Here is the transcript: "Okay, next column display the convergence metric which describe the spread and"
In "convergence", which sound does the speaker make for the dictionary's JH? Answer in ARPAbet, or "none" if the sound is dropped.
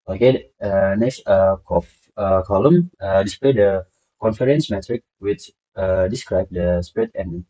none